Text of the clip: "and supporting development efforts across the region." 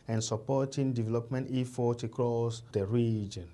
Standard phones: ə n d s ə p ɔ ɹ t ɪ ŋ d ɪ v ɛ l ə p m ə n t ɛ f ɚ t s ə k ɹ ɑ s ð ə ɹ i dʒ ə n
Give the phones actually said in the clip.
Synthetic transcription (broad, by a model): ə n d s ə p ɔ t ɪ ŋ d ɪ v ɛ l ə p m ə n t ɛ f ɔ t ə k ɹ ɑ s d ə ɹ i dʒ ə n